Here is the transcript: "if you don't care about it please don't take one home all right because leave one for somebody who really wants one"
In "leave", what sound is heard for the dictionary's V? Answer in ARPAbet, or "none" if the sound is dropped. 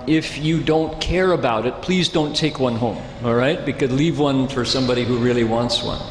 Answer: V